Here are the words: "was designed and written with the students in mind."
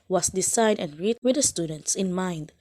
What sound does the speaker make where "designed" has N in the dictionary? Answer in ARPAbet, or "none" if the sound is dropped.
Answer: none